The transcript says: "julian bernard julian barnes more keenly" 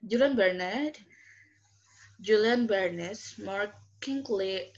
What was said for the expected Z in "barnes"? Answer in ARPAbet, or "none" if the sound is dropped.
S